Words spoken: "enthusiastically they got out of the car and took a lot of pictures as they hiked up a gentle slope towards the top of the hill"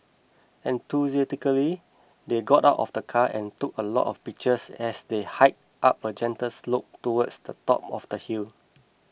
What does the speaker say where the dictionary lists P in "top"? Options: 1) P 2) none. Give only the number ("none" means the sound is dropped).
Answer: 1